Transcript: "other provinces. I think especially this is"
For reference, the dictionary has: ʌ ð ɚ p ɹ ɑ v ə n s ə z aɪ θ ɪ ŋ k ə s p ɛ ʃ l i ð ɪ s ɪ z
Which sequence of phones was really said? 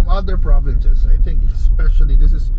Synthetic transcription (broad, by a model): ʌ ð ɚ p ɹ ɑ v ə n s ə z aɪ θ ɪ ŋ k ə s p ɛ ʃ l i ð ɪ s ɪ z